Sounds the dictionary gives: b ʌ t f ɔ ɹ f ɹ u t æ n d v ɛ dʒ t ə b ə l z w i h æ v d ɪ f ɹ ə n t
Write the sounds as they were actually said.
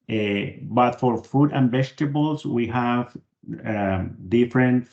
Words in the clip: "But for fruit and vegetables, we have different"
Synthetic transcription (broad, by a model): b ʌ t f ɔ ɹ f u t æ n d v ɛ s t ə b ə l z w i h æ v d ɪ f ɹ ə n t